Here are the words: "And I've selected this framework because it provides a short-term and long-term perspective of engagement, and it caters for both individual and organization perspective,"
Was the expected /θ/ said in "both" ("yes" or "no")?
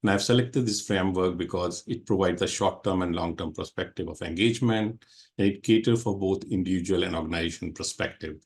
no